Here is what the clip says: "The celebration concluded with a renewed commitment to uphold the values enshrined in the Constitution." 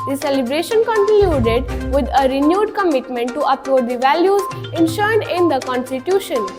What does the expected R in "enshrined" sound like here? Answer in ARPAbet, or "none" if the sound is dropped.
none